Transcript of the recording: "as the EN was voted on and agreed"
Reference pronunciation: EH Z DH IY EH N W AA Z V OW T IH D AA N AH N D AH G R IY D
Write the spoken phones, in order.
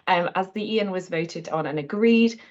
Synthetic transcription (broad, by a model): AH Z DH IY EH N W AA Z V OW T IH D N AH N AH G R IY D